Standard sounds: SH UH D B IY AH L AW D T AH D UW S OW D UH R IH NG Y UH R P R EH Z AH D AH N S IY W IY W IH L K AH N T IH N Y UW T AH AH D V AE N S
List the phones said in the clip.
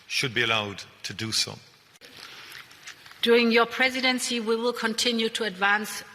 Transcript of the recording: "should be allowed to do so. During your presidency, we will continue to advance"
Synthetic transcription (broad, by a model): SH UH D B IY AH L AW D T AH D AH S OW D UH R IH NG Y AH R P R EH Z AH D AH N S IY W IY W IH L K AH N T IH N Y UW T AH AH D V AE N S